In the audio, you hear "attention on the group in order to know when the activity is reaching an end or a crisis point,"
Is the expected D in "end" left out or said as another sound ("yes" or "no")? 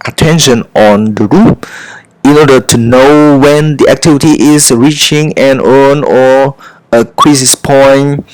yes